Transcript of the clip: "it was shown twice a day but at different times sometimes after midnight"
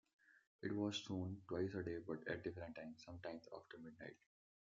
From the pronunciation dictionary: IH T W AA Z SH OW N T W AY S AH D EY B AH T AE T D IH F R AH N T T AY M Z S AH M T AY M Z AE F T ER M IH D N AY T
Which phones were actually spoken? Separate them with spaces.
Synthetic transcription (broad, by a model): IH T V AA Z S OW N T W AY S AH D EY B AH T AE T D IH F R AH N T T AY M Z S AH M T AY M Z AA F T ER M IH D N AY T